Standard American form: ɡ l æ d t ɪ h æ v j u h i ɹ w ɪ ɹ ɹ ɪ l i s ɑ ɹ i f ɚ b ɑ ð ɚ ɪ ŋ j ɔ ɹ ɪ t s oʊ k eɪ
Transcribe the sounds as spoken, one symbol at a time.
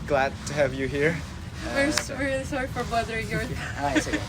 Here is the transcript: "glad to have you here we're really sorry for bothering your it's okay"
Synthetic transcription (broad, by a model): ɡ l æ d t ɪ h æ v j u h i ɹ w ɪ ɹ w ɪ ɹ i s ɑ ɹ i f ɚ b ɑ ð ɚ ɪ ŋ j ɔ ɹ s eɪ